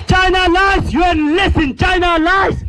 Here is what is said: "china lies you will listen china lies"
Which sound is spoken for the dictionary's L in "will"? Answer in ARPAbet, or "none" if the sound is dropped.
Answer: N